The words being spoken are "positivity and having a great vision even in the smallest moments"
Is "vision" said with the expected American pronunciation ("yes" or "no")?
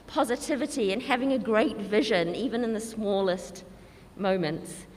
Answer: yes